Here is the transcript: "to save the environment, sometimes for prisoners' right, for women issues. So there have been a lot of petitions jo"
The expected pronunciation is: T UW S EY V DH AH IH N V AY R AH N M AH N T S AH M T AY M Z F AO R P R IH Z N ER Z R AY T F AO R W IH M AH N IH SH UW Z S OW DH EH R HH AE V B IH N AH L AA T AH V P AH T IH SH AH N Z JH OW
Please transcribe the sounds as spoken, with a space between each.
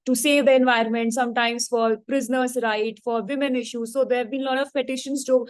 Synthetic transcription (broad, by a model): T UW S EY V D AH IH N V AY R AH N M AH N T S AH M T AY M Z F AO R P R IH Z N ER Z R AY T F AO R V IH M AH N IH SH UW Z S OW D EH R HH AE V B IH N L AA T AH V P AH T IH SH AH N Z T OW